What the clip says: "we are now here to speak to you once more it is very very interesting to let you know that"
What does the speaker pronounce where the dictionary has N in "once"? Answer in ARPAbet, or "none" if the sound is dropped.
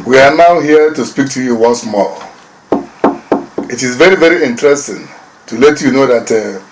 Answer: N